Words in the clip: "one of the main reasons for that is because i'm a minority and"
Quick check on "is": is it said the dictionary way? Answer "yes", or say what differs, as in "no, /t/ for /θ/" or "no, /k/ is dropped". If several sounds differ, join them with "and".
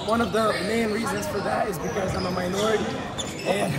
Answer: yes